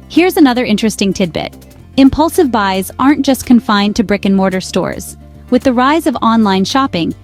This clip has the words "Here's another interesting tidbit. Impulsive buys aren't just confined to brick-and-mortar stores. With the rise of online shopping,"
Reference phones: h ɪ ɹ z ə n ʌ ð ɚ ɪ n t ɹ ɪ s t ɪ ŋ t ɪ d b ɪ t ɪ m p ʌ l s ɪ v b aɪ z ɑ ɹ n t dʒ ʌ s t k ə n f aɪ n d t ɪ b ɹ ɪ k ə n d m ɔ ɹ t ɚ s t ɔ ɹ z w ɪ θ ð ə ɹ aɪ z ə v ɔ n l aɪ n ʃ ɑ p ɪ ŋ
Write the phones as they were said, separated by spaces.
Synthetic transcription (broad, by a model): h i ɹ z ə n ʌ ð ɚ ɪ n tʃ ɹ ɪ s t ɪ ŋ t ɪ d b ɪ t ɪ m p ʌ l s ɪ v b aɪ z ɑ ɹ n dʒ ʌ s k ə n f aɪ n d t ɪ b ɹ ɪ k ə n m ɔ ɹ t ɚ s t ɔ ɹ z w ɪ ð ə ɹ aɪ z ə v ɔ n l aɪ n ʃ ɑ p ɪ ŋ